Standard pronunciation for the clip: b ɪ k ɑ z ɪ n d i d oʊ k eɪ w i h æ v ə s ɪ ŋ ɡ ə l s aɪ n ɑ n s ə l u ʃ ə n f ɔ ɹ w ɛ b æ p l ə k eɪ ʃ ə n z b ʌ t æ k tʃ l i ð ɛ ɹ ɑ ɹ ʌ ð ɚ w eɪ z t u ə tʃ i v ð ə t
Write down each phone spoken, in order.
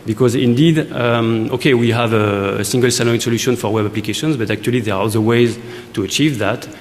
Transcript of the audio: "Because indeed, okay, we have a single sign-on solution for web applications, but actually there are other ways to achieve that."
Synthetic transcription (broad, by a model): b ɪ k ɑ z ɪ n d i d oʊ k eɪ w i h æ v ə s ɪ ŋ ɡ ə l s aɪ l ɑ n s ə l u ʃ ə n f ɔ ɹ w ɛ b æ p l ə k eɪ ʃ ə n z b ʌ t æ k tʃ l i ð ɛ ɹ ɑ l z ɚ w eɪ z t u ə tʃ i v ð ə t